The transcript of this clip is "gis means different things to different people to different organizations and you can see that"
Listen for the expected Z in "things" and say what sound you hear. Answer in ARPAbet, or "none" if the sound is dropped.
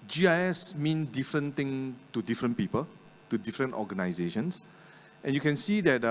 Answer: none